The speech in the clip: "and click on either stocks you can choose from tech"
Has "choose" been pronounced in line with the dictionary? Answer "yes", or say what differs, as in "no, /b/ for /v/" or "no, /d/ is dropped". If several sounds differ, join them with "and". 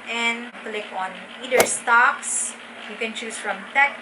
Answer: no, /s/ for /z/